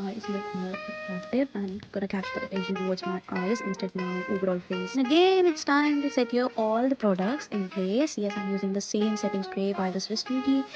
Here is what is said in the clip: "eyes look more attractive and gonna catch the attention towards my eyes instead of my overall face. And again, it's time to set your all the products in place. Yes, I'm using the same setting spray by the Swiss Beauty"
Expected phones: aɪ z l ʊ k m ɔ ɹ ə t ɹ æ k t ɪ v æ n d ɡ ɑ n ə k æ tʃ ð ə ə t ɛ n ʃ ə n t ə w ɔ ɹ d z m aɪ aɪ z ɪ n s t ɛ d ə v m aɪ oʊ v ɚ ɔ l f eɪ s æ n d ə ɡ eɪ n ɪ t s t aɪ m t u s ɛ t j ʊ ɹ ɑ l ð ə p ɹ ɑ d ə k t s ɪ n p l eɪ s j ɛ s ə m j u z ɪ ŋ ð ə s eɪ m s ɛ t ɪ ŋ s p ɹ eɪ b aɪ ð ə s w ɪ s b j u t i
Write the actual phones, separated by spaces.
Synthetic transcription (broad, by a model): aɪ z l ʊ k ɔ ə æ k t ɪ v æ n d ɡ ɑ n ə k æ tʃ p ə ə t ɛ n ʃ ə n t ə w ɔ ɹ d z m aɪ aɪ z ɪ n s t ɛ d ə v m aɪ oʊ v ɚ ɔ l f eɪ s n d ə ɡ eɪ n ɪ t s t aɪ m t u s ɛ t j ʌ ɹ ɑ l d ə p ɹ ɑ d ə k t s ɪ n p l eɪ s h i ə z j u z ɪ ŋ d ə s eɪ m s ɛ t ɪ ŋ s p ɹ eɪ b aɪ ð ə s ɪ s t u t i